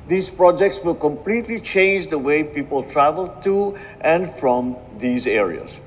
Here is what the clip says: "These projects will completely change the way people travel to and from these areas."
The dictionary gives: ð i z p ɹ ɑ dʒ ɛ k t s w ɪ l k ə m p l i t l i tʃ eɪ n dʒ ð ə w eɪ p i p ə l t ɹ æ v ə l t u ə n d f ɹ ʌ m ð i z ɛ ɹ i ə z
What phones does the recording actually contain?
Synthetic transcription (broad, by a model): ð i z p ɹ ɑ dʒ ɛ k t s w ɪ l k ə m p l i t l i tʃ eɪ n dʒ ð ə w eɪ p i p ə l t ɹ æ v ə l t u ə n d f ɹ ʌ m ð i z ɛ ɹ i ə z